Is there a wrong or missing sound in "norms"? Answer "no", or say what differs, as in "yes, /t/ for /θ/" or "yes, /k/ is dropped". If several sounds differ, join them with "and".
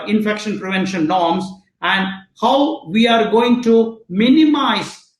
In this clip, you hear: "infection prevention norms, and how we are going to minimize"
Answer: yes, /l/ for /n/